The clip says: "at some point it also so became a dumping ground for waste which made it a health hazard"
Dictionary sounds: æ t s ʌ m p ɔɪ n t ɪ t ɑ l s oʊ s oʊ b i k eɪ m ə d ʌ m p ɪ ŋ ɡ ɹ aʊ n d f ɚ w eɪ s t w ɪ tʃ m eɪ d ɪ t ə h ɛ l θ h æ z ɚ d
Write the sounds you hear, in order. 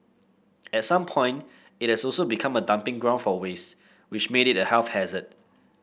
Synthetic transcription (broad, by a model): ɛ t s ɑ m p ɔɪ n t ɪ t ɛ s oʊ s oʊ b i k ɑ m ə d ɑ m p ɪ ŋ ɡ ɹ aʊ n f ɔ w eɪ s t w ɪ tʃ m eɪ d ɪ t ə h ɛ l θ h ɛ z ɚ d